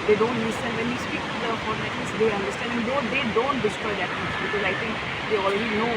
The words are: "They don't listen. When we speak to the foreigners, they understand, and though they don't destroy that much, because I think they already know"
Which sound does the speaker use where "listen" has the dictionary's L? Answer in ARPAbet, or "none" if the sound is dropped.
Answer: N